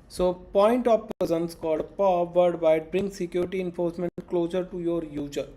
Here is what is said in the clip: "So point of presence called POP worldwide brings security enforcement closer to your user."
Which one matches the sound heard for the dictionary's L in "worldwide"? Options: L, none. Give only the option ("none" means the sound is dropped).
none